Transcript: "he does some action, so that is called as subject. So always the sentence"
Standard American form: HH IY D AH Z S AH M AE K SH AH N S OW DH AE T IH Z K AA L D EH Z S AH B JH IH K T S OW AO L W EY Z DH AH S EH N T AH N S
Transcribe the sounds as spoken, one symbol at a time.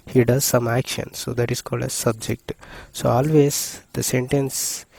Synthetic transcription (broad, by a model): HH IY D AH Z S AH M AE K SH AH N S OW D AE T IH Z K AA L D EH S AH B JH IH K T S OW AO L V EY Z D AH S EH N T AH N S